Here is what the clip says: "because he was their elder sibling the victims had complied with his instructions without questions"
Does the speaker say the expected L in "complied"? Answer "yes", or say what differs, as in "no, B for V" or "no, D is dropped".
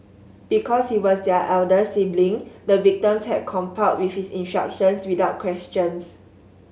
no, L is dropped